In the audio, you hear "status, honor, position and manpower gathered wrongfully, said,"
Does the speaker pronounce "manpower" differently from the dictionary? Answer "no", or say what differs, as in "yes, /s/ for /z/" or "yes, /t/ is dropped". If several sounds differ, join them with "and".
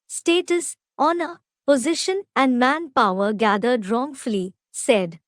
no